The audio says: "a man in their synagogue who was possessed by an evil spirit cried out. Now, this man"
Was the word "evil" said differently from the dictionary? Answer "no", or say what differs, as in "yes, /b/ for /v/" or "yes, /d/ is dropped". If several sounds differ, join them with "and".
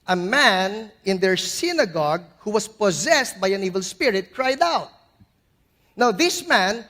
no